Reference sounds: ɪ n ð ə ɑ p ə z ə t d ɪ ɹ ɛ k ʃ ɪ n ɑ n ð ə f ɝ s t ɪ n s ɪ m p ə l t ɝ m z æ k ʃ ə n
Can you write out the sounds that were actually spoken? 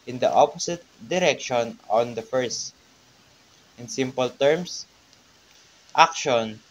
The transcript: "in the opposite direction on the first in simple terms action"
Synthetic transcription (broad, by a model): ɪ n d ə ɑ p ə s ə t d ɪ ɹ ɛ k ʃ ɪ n ɑ n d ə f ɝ s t ɪ n s ɪ m p ə l t ɝ m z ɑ k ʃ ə n